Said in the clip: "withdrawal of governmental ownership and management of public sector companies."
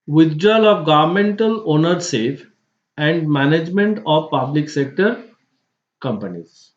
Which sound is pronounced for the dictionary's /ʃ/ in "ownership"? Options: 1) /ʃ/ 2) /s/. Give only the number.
2